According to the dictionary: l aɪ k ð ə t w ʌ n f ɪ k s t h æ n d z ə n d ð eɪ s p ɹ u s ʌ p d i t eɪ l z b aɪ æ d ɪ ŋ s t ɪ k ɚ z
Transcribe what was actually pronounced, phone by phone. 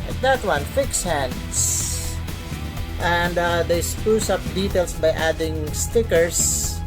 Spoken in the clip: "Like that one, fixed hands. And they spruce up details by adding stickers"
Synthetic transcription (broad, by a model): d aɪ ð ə t w ʌ n f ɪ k s h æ n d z ə n d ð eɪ s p u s ʌ p d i t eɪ l s b aɪ æ d ɪ ŋ s t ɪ k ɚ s